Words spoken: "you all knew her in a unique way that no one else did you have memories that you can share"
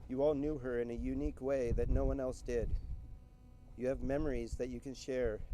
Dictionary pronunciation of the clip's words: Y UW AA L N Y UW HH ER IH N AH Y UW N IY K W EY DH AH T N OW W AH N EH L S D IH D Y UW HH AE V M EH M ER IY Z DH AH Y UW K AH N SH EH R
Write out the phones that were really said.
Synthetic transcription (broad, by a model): Y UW AA L N Y UW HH ER IH N AH Y UW N IY K W EY DH AH T N OW W AH N EH L S D IH D Y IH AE V M EH M ER IY Z DH AH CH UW K AH N SH EH R